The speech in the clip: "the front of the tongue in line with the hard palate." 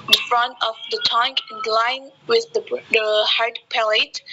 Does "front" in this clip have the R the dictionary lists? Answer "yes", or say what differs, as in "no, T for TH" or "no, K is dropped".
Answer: yes